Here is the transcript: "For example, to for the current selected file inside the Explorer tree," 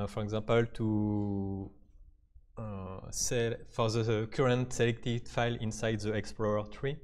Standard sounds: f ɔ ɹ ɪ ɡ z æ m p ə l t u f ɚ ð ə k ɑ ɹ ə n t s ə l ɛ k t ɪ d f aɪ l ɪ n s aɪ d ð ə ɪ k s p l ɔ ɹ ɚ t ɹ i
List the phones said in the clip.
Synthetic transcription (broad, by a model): f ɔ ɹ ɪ ɡ z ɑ p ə l t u f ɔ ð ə k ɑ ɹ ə n t s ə l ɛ k t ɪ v f aɪ l ɪ n s aɪ d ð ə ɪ k s p l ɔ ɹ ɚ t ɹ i